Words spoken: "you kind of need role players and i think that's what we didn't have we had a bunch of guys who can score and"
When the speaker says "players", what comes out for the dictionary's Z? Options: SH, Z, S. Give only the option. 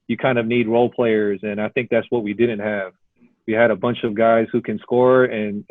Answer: Z